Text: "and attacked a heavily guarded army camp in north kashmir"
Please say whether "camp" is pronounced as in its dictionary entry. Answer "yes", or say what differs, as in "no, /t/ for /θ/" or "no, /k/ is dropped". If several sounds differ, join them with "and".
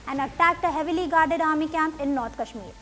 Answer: yes